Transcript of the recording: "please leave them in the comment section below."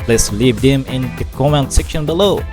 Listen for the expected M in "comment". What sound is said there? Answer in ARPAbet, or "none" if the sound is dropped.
none